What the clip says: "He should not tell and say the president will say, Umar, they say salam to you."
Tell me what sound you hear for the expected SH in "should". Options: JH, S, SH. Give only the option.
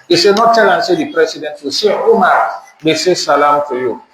S